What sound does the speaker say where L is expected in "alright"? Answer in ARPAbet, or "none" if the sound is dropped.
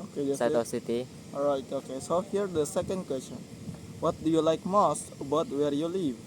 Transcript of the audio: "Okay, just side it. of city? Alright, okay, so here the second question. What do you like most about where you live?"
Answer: none